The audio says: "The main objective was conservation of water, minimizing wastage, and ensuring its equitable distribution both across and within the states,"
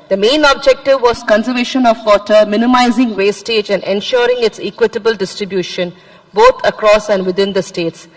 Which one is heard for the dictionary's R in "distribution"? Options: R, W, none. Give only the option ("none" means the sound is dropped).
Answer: R